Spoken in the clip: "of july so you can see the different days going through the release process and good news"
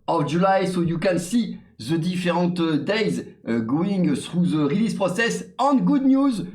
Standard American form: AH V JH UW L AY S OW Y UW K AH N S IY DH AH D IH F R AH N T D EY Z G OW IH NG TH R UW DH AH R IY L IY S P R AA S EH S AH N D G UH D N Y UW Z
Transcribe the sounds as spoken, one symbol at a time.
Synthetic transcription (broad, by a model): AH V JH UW L AY S OW Y UW K AH N S IY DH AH D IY F R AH T D EY Z G OW IH NG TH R UW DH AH R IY L IY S P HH AA S EH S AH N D G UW D N Y UW Z